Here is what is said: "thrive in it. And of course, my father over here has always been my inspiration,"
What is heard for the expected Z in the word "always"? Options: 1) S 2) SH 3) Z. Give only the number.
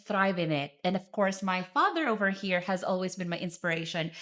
3